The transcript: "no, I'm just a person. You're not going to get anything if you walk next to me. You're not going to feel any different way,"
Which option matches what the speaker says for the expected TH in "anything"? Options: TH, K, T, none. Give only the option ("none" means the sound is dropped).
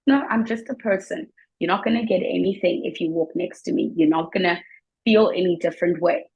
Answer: TH